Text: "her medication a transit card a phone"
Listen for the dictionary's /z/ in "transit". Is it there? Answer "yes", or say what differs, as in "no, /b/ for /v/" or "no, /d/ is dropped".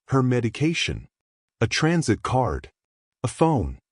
yes